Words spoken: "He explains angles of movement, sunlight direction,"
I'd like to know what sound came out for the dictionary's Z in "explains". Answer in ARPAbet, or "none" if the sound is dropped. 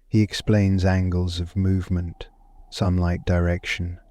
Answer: Z